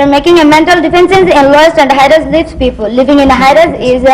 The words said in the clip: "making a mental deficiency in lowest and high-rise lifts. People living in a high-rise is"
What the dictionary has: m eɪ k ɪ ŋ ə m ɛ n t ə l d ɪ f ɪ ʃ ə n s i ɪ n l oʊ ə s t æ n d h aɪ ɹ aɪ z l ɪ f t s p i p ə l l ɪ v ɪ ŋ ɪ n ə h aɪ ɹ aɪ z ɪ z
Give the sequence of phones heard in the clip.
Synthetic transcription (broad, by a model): m eɪ k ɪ ŋ ə m ɛ n t ə l d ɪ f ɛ s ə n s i ɪ n l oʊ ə s t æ n d h aɪ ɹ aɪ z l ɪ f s p i p ə l l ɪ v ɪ ŋ ɪ n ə h aɪ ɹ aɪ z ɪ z